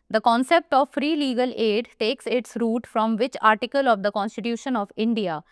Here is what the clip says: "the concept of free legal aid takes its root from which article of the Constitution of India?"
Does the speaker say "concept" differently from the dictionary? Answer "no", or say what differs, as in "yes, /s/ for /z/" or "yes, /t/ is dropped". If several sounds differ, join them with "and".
no